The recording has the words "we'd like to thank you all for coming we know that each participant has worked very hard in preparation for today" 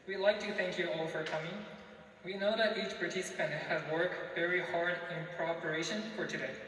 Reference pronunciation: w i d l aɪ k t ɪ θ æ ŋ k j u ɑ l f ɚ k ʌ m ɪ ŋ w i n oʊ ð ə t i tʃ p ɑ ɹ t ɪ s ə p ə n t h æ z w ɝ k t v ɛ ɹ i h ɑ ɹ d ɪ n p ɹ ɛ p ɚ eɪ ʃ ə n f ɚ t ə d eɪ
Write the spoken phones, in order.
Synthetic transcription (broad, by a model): w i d l aɪ k t ɪ θ æ ŋ k j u ɑ l f ɚ k ʌ m ɪ ŋ w i n oʊ ð ə t i tʃ p ɑ ɹ t ɪ s ə p ə n t h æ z w ɝ k t v ɛ ɹ i h ɑ ɹ d ɪ n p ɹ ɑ p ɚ eɪ ʃ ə n f ɚ t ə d eɪ